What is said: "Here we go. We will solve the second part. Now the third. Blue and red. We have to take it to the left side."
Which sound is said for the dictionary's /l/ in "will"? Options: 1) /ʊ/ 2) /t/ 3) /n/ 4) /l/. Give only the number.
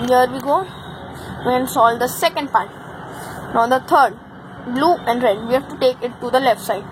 3